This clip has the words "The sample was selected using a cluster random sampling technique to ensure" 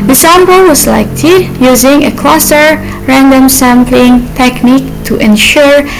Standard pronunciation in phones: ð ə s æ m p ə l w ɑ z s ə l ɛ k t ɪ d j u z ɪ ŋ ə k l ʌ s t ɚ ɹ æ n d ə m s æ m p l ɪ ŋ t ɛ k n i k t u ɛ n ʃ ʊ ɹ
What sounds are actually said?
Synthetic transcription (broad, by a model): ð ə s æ m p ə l w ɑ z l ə ɪ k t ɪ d j u z ɪ ŋ ə k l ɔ s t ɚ ɹ æ n d ə m s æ m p l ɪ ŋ t ɛ k n i k t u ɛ n ʃ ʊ ɹ